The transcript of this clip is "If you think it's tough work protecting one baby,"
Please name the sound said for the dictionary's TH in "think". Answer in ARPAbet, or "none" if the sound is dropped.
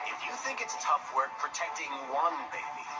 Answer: TH